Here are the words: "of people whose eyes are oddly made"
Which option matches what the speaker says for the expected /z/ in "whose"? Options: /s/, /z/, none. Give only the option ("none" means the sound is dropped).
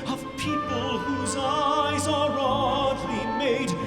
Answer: /z/